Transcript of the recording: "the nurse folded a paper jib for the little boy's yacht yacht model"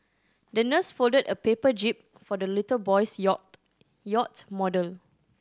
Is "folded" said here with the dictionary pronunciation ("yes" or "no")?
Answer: yes